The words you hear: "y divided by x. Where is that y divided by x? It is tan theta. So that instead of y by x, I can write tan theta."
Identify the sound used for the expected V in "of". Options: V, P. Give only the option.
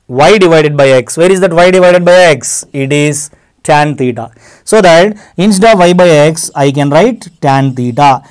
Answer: V